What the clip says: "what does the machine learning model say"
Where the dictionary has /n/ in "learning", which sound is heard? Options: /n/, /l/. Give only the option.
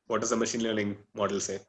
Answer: /l/